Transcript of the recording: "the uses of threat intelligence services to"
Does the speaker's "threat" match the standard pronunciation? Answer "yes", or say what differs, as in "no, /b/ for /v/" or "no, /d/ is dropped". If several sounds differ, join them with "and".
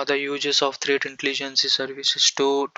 no, /t/ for /θ/